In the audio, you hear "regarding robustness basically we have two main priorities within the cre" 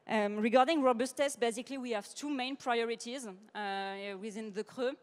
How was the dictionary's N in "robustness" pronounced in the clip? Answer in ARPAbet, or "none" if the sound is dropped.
none